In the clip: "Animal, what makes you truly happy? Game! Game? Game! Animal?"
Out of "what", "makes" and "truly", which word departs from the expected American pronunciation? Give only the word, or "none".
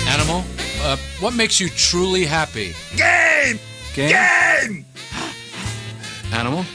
none